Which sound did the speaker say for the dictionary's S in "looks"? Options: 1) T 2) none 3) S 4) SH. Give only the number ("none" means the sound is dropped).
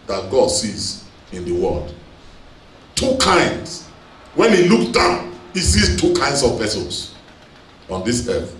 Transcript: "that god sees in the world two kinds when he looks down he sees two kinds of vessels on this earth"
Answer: 2